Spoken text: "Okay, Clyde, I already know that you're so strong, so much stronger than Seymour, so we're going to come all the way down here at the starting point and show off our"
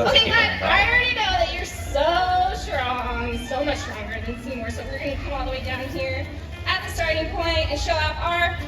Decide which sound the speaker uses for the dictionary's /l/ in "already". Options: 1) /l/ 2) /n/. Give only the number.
2